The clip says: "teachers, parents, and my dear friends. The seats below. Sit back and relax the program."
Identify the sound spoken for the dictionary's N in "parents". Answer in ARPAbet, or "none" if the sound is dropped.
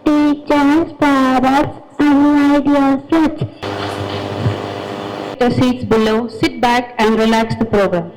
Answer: none